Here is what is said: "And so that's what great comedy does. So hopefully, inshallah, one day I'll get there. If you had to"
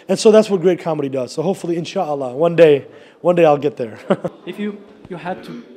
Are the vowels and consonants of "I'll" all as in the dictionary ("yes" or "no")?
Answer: yes